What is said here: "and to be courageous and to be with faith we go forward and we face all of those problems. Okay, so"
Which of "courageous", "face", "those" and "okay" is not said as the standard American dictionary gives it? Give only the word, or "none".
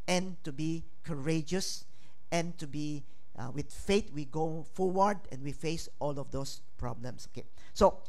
those